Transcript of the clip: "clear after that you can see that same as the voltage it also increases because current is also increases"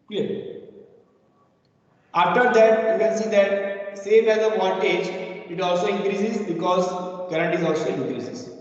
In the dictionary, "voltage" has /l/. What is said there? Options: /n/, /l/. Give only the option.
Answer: /n/